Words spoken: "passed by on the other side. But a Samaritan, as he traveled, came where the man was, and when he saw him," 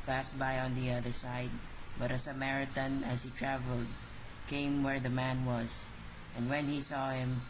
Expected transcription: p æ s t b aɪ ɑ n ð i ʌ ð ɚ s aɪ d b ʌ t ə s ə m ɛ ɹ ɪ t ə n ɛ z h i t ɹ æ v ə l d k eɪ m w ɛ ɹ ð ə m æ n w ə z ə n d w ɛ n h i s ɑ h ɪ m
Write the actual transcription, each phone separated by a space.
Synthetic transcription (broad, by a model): p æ s t b aɪ ɑ n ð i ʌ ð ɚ s aɪ d b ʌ t ə s ə m ɛ ɹ ɪ t ə n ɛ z h i t ɹ æ v ə l d k eɪ m w ɛ ɹ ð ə m æ n w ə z ə n d w ɛ n h i s ɑ h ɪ m